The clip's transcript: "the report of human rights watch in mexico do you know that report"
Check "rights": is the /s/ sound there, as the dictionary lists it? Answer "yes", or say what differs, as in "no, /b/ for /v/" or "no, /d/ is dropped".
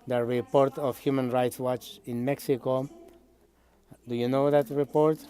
yes